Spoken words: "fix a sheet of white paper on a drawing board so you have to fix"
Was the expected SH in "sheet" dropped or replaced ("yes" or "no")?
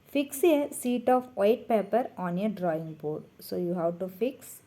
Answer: yes